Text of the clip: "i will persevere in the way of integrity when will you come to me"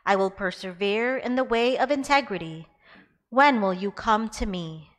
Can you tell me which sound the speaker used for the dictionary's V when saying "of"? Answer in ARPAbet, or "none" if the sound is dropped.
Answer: V